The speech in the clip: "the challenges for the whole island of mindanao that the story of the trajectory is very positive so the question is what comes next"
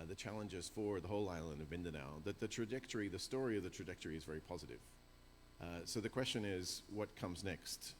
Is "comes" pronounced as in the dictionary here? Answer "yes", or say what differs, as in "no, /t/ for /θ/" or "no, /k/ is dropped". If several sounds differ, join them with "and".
yes